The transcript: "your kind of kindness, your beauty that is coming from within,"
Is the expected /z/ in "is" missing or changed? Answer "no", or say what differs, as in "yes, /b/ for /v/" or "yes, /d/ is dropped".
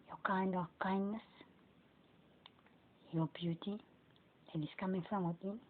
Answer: yes, /s/ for /z/